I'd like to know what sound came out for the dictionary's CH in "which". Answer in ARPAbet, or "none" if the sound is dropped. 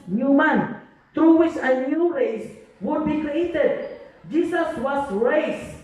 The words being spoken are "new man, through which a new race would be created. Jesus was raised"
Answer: S